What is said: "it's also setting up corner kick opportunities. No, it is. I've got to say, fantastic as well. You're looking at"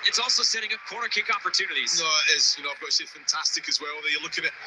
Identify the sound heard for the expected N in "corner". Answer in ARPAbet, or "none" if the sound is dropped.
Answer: none